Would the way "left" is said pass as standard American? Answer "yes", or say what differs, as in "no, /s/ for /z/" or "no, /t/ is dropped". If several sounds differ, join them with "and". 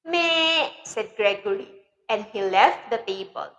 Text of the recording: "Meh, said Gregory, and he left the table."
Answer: yes